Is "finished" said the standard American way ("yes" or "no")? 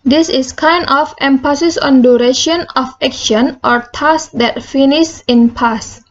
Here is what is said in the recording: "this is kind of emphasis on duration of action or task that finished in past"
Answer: no